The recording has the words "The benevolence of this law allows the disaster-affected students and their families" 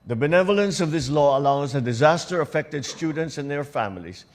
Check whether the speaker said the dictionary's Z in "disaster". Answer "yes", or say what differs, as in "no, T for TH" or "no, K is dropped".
yes